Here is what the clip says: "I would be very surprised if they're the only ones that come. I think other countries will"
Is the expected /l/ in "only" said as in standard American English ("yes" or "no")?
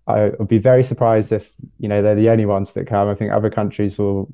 no